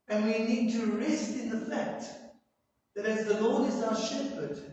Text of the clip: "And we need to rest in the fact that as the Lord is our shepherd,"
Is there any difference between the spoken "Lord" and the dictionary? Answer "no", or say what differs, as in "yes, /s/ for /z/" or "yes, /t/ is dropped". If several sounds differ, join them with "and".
no